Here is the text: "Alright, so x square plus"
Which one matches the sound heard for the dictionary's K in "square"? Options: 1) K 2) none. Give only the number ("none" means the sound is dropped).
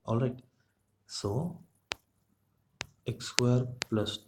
2